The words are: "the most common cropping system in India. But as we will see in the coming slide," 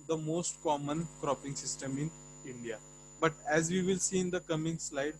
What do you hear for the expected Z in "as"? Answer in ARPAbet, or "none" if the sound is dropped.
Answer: Z